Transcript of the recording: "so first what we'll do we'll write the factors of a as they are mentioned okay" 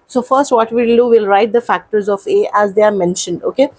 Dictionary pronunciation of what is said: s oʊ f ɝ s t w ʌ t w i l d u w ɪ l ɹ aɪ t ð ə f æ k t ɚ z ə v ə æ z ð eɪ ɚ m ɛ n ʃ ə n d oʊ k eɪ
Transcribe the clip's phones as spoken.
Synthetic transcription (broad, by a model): s oʊ f ɝ s t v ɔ t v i l d u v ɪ l ɹ aɪ t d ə f æ k t ɚ z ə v ə æ z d eɪ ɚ m ɛ n ʃ ə n d oʊ k eɪ